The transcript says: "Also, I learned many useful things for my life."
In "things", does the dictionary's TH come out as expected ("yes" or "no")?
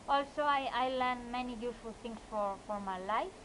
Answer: no